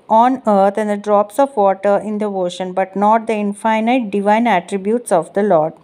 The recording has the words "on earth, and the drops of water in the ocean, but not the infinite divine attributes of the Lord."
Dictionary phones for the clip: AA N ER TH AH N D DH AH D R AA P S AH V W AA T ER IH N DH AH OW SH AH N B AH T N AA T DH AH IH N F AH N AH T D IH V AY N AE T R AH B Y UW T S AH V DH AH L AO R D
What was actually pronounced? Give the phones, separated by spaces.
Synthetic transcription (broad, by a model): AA N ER T AH N D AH D R AA P S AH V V AA T ER IH N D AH OW SH AH N B AH T N AA T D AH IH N F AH N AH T D IH V AY N AE T R AH B Y UW T S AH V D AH L AO R D